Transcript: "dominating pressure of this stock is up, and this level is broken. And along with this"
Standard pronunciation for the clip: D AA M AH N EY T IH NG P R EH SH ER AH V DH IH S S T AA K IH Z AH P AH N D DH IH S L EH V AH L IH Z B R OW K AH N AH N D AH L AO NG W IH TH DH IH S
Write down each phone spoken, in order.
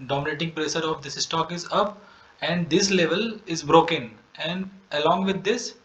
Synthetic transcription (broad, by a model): D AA M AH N EY T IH NG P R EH S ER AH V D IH S S T AA K IH Z AH P AH N D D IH S L EH V AH L IH Z B R OW K AH N AH N D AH L AO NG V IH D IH S